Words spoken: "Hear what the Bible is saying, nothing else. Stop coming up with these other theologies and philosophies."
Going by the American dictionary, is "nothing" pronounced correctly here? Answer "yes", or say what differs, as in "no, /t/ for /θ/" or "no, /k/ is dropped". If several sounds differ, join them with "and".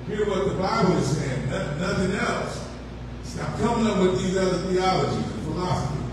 yes